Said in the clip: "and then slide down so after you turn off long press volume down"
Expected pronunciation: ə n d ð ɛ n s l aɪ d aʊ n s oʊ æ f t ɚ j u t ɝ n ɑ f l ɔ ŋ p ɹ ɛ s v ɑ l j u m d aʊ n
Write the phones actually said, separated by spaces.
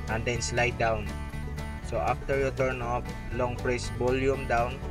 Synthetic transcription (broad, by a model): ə n d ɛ n s l aɪ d aʊ n s oʊ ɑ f t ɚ j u t ɝ n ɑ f l ɔ ŋ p ɹ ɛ s b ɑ l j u m d aʊ n